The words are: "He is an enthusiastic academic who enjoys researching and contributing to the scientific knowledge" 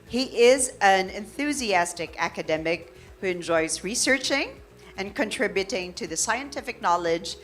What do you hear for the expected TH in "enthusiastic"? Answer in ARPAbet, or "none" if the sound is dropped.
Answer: TH